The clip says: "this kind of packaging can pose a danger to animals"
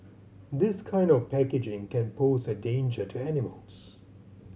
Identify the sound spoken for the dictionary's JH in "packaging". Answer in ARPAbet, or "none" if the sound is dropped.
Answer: JH